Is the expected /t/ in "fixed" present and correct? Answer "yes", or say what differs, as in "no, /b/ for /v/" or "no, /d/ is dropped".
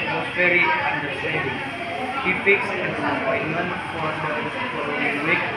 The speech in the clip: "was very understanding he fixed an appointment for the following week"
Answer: no, /t/ is dropped